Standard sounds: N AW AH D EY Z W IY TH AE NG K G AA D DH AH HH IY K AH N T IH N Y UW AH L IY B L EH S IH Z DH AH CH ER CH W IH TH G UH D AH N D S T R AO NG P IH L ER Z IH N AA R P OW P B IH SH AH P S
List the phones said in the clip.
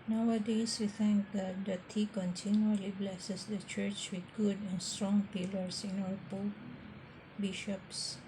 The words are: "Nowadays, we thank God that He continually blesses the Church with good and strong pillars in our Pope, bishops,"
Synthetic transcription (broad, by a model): N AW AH D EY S W IY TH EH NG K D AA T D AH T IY K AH N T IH N Y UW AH L IY B L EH S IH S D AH CH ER CH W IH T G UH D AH N S T R AO NG P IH L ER S IH N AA L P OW B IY SH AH P S